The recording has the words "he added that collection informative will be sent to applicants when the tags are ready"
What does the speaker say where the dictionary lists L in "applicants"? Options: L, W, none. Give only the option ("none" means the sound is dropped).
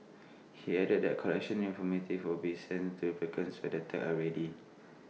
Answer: none